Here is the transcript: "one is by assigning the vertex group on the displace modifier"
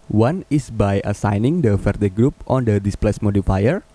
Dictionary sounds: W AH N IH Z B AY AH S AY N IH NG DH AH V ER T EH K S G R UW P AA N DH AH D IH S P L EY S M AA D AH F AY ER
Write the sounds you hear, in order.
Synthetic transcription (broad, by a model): W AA N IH S B AY AH S AY N IH NG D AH F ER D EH G R UW P AA N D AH D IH S P L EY S M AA D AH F AY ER